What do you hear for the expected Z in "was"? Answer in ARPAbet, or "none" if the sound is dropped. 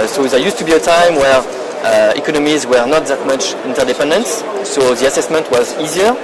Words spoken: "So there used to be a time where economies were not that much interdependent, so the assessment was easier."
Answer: Z